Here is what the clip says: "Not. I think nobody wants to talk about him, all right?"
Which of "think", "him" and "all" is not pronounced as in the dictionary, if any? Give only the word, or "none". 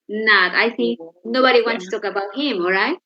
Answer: think